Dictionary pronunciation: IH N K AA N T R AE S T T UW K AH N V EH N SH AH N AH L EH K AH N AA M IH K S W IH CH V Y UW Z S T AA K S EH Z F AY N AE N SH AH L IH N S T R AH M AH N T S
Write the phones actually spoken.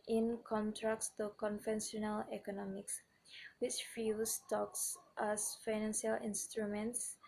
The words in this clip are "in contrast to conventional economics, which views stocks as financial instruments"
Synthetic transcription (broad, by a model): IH N K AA N T R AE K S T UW K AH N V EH N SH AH N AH L EH K AH N AA M IH K S W IH CH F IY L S T AA K S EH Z F AY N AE N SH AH L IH N S T R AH M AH N T S